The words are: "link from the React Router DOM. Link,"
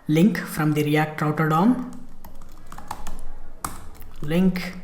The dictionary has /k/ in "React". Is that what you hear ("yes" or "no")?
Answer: no